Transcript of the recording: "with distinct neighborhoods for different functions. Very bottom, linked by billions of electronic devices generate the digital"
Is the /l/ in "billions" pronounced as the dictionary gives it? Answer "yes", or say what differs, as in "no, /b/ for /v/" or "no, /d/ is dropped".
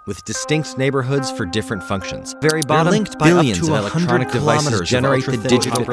no, /l/ is dropped